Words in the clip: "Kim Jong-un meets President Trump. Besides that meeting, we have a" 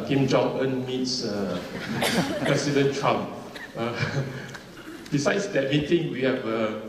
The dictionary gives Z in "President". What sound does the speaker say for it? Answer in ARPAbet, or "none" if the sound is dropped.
S